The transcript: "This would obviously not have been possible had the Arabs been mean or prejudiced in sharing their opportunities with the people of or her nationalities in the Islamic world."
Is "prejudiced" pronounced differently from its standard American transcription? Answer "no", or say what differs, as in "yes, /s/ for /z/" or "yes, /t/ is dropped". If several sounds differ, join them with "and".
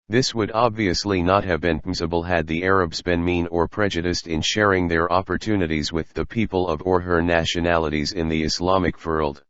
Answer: no